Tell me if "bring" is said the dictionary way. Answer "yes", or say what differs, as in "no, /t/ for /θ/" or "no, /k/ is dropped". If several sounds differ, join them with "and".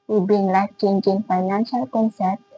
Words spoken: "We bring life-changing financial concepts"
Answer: no, /ɹ/ is dropped